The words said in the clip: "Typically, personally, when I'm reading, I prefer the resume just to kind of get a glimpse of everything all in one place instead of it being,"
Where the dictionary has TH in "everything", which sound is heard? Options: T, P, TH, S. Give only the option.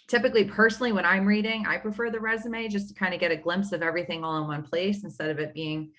TH